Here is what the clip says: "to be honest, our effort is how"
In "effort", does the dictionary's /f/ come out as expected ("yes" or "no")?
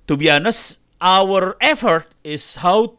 yes